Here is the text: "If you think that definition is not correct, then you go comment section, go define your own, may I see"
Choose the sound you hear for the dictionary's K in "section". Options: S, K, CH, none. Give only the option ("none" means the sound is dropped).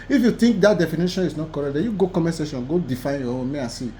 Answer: none